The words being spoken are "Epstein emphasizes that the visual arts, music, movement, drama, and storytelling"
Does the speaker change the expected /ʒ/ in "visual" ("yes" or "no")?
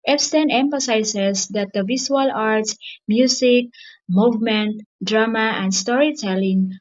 yes